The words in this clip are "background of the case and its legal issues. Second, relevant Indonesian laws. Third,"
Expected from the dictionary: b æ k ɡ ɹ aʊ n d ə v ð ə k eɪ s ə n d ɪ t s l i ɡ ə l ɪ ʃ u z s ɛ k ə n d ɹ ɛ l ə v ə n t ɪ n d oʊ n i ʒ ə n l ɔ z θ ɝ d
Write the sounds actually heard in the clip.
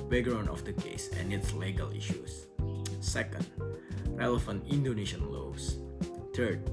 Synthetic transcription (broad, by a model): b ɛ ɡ ɹ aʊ n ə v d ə k eɪ s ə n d ɪ t s l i ɡ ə l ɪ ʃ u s s ɛ k ə n d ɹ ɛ l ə f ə n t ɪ n d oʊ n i ʃ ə n l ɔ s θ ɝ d